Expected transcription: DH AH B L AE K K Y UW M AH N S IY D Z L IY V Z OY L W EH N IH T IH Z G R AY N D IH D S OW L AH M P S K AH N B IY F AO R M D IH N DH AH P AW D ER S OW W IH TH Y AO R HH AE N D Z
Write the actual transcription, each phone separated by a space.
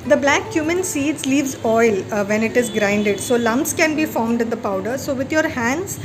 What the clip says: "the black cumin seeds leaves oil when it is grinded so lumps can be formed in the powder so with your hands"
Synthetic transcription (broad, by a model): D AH B L AE K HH Y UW M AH N S IY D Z L IY V Z OY L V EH N IH T IH Z G R AY N D IH D S OW L AH M P S K AH N B IY F AO R M D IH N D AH P AW D ER S OW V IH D Y AO R HH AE N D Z